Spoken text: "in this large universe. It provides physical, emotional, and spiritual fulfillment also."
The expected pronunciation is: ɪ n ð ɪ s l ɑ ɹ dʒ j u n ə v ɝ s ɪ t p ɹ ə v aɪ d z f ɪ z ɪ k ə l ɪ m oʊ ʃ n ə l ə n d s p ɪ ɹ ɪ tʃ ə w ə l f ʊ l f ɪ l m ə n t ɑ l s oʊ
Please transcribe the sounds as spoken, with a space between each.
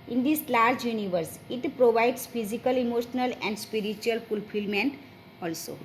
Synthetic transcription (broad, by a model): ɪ n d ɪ s l ɑ ɹ dʒ j u n ə v ɝ s ɪ t p ɹ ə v aɪ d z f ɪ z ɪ k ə l ɪ m oʊ ʃ n ə l ə n d s p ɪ ɹ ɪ tʃ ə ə l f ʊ l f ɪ l m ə n t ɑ l s oʊ